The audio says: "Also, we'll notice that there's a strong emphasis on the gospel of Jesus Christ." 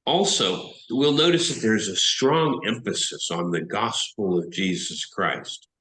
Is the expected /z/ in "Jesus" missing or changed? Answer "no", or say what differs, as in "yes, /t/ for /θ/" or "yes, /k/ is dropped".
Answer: no